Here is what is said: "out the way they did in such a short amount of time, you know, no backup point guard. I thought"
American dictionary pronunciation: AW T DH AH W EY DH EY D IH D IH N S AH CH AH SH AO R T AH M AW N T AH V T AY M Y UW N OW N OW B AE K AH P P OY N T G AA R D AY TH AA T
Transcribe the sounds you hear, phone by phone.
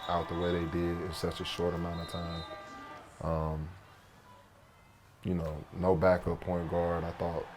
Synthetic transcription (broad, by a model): AW T DH AH W EY DH EY D IH D IH N S AH CH AH SH AO R T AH M AW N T AH V T AY M Y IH N OW N OW B AE K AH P P OY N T G AA R D AY TH AA T